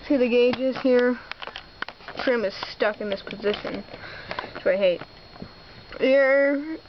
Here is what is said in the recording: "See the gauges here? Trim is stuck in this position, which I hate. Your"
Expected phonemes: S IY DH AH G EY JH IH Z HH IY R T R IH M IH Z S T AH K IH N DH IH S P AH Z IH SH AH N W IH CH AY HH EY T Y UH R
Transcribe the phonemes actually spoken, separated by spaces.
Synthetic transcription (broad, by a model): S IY DH AH G EY JH IH Z HH IY R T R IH M IH Z S T AH K IH N DH IH S P AH Z IH SH AH N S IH AY HH EY T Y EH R